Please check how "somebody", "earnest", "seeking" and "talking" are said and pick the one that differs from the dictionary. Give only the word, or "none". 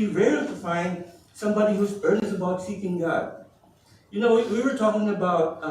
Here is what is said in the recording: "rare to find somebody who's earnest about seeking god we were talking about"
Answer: earnest